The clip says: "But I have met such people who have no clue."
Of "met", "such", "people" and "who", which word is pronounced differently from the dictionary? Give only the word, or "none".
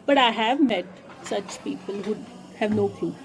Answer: none